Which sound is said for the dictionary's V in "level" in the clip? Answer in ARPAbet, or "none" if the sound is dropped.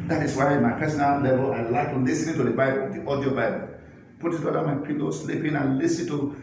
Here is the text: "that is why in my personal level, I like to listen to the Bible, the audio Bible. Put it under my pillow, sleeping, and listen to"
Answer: B